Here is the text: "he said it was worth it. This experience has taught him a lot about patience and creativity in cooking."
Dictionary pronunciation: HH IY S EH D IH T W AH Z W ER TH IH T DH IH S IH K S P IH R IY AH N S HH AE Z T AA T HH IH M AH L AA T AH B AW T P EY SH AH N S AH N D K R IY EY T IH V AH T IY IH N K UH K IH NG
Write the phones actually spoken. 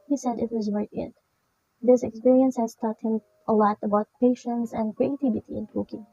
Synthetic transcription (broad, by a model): HH IY S EH D IH T W AH Z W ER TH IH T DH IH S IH K S P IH R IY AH N S HH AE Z T AA T HH IH M AH L AA T AH B AW T P EY SH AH N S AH N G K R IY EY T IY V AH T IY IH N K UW K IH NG